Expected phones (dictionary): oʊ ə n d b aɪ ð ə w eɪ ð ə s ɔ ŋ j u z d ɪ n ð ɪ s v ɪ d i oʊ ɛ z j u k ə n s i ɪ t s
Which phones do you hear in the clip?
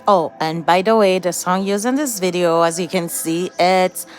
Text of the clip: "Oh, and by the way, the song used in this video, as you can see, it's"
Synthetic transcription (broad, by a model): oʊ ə n b aɪ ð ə w eɪ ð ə s ɔ ŋ j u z ɪ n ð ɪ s v ɪ d i oʊ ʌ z j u k ə n s i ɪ t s